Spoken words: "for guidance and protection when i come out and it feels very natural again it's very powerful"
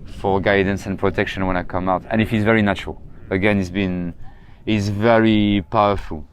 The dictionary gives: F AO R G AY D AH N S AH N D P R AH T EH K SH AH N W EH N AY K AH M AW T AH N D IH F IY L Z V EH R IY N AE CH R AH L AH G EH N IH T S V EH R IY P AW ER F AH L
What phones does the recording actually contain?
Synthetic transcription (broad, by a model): F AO R G AY D N S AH N P R AH T EH K SH AH N W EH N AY K AH M AW T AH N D IH F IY Z V EH R IY N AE CH R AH L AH G EH N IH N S V EH R IY P AW ER F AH L